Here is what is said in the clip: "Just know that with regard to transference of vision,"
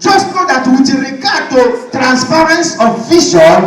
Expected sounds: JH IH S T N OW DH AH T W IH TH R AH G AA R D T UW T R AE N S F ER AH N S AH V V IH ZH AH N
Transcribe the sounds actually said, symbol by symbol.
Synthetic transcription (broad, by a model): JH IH S T N OW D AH T W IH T R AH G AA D T UW T R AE N S P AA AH N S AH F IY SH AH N